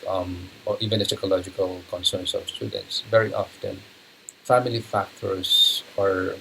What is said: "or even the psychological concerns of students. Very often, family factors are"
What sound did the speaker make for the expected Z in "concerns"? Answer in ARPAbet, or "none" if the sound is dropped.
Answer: S